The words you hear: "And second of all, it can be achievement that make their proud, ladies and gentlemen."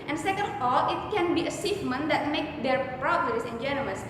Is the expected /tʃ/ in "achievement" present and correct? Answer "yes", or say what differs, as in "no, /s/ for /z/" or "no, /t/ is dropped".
no, /s/ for /tʃ/